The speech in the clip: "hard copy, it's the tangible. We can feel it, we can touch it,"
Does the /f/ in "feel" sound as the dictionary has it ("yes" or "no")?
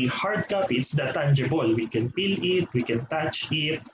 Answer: no